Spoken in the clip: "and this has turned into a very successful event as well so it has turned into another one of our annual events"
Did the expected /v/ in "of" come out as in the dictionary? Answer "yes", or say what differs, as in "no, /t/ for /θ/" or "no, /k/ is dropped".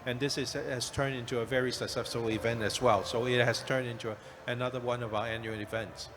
yes